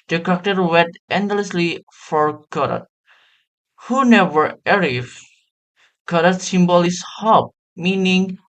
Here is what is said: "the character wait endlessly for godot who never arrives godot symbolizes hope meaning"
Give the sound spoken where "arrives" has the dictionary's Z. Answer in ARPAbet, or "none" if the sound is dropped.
none